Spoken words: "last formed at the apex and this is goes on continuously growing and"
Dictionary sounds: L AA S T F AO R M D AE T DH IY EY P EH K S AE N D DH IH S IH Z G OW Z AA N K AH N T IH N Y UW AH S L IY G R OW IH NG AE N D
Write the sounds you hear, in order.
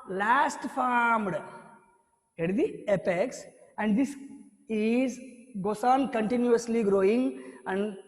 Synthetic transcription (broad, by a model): L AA S T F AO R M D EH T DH IY EY P EH K S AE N D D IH S IH Z G OW S AA N K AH N T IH N Y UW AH S L IY G R OW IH NG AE N D